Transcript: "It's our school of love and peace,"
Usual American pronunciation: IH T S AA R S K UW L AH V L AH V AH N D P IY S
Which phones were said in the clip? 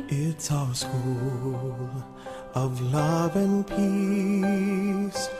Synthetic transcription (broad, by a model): IH T S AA S K UW L AH V L AH V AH N P IY S